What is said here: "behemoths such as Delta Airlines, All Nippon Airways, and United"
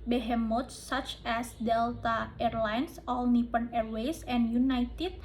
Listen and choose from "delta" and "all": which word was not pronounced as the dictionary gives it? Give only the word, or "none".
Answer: none